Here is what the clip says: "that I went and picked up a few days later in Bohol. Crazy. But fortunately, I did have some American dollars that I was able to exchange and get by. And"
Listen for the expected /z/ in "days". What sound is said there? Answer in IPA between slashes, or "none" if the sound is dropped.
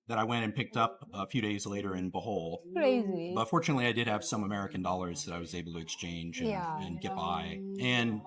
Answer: /z/